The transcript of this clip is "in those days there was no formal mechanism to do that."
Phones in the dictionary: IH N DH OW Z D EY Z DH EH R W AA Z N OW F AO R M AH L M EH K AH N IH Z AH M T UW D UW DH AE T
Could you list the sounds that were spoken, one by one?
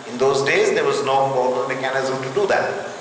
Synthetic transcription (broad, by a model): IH N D OW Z D EY Z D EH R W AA Z N OW P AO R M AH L M EH K AH N IH Z AH M T UW D UW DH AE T